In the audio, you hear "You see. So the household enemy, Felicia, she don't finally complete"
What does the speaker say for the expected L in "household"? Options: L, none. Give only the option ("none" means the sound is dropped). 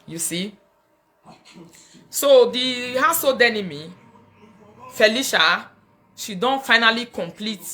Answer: none